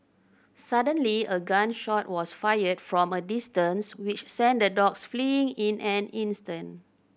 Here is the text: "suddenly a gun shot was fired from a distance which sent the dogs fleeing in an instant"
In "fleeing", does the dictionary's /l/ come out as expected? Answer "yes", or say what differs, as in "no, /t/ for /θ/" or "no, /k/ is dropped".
yes